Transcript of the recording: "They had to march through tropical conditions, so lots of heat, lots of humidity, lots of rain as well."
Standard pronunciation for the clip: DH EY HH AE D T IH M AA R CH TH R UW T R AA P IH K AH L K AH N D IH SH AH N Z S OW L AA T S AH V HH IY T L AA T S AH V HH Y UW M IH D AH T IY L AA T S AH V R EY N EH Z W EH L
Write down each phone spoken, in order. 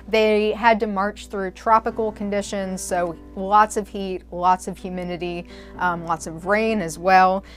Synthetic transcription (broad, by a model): DH EY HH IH D T IH M AA R CH TH R UW T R AA P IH K L K AH N D IH SH AH N Z S OW L AA T S AH V HH IY T L AA T S AH V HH Y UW M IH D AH T IY L AA T S AH V R EY N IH Z W EH L